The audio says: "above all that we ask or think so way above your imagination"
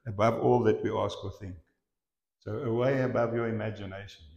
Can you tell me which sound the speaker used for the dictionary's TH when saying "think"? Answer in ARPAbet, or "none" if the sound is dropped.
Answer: TH